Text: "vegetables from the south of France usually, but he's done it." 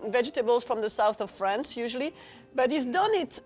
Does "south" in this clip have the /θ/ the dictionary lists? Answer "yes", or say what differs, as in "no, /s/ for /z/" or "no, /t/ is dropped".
yes